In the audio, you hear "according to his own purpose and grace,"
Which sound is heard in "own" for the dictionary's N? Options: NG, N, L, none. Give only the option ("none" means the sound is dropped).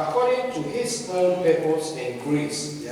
L